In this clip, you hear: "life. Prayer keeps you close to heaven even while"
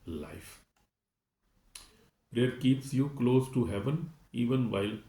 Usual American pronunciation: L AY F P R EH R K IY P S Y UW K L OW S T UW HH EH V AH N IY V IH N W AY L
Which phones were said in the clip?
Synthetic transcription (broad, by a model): L AY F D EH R K IY P S Y UW K L OW S T UW HH EH V AH N IY V IH N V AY L